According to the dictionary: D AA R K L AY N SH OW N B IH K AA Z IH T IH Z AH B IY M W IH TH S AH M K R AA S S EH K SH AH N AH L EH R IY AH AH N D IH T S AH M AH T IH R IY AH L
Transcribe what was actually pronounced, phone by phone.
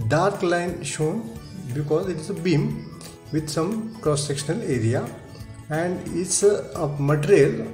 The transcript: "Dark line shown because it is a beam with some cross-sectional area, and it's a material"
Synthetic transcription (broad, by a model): D AA R K L AY N SH OW N B IH K AA Z IH T IH Z AH B IY M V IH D S AH M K R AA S S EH K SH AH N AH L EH R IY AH AH N D IH T S AH M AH T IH R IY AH L